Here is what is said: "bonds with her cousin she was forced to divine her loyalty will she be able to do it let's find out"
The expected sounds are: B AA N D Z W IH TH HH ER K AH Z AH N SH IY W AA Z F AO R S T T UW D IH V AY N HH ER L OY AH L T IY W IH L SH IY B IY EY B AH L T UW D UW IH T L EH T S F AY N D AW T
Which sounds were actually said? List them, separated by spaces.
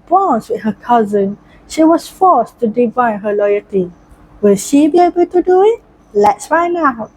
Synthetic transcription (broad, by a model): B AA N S W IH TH HH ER K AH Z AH N SH IY W AA S F AO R S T T UW D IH V AY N HH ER L OY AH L T IY W IH L SH IY B IY EY B AH L T UW D UW IH T L EH T S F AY N AW